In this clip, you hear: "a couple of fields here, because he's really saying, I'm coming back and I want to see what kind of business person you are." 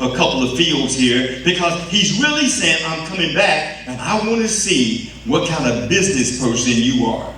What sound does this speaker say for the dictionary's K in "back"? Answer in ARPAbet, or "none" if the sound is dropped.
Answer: K